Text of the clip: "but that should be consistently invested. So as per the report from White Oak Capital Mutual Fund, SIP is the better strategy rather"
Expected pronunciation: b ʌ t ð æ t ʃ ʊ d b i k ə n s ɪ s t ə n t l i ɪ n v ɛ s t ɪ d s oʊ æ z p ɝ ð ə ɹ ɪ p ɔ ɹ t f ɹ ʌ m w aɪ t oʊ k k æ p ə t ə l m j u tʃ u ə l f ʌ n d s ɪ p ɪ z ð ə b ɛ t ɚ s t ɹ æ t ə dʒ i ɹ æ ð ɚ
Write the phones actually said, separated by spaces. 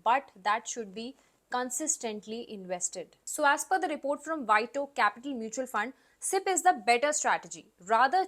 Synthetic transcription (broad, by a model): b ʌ t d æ t ʃ ʊ d b i k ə n s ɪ s t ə n t l i ɪ n v ɛ s t ɪ d s oʊ æ z f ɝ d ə ɹ ɪ p ɔ ɹ t f ɹ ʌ m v aɪ t oʊ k k æ p ə t ə l m j u tʃ u ə l f ʌ n d s ɪ p ɪ z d ə b ɛ t ɚ s t ɹ æ t ə dʒ i ɹ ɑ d ɚ